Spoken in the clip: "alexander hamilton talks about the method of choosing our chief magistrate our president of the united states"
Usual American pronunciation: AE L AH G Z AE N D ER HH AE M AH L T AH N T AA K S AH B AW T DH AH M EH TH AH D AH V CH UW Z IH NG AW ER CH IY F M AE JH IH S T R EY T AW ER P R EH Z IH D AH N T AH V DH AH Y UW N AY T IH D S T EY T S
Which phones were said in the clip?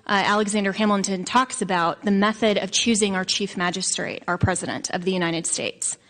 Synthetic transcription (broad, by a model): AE L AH G Z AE N D ER HH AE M L T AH N T AA K S AH B AW T DH AH M EH TH AH D AH V CH UW Z IH NG AW ER CH IY F M AE JH IH S T R EY T AW ER P R EH Z IH D AH N T AH V DH AH Y UW N AY T IH D S T EY T S